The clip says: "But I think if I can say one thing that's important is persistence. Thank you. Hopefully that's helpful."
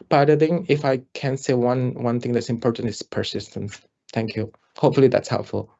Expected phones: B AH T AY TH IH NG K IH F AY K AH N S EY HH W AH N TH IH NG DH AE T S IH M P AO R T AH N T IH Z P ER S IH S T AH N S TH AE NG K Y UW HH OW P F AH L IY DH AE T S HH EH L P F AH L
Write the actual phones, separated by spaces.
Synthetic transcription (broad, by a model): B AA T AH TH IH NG IH F AY K AH N S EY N W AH N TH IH NG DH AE T S IH M P AO R T AH N T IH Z P ER S IH S T AH N S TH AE NG K Y UW HH OW P F AH L IY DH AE T S HH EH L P F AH L